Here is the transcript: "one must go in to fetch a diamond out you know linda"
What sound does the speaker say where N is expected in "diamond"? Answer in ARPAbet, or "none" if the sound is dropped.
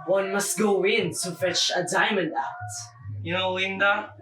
N